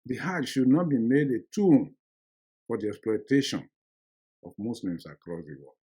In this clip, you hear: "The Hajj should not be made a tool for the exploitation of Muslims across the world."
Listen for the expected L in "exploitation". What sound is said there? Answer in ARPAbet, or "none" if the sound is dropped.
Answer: L